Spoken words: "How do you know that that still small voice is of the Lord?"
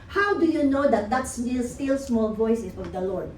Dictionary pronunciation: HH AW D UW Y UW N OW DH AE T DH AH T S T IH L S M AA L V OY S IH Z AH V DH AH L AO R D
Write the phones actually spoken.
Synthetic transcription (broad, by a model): HH AW D UW Y UW N OW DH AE T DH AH T S T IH L S M AA L V OY S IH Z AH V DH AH L AO R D